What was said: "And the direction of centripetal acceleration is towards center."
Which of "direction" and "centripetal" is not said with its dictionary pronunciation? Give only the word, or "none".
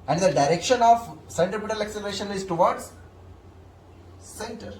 centripetal